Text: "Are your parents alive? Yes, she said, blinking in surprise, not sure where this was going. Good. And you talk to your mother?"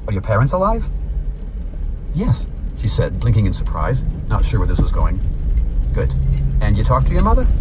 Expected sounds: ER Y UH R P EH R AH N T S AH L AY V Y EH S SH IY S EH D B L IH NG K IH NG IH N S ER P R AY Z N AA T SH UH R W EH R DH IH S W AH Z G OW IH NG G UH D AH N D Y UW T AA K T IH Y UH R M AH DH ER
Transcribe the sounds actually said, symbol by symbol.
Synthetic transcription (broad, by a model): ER Y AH R P EH R AH N T S AH L AY V Y EH S SH IY S EH D B L IH NG K IH NG IH N S ER P R AY Z N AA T SH UH R W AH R DH IH S W AH Z G OW IH NG G UH D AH N Y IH T AA K T IH Y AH R M AH DH ER